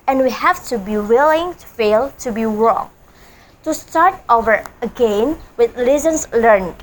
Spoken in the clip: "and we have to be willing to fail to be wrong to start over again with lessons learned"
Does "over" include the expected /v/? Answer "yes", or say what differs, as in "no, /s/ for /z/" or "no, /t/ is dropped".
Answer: yes